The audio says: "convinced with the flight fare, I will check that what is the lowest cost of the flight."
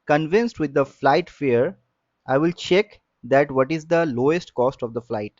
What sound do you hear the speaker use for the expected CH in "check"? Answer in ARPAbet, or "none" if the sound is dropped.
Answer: CH